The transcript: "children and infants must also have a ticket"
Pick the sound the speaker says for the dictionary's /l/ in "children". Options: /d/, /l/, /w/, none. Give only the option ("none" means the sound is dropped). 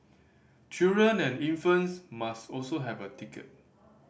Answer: none